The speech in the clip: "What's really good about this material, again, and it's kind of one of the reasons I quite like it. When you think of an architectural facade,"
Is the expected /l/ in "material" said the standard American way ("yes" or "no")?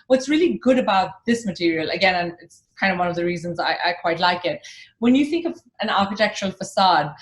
yes